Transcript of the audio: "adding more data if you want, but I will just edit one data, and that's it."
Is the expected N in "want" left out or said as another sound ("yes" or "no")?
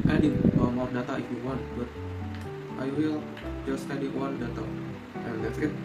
no